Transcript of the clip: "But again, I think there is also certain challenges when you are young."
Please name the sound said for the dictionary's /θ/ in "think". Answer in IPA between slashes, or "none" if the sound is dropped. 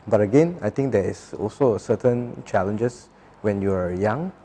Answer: /t/